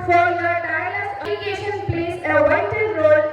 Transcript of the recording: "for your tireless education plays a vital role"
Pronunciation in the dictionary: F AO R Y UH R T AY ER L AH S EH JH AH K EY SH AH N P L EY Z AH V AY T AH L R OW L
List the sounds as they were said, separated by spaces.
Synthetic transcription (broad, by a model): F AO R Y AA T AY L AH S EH AH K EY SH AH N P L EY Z AH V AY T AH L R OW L